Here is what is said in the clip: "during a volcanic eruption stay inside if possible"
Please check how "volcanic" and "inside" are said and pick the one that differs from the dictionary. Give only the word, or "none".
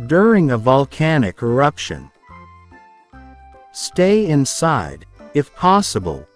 none